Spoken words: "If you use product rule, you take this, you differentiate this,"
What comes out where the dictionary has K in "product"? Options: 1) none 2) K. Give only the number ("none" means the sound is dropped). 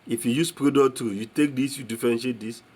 1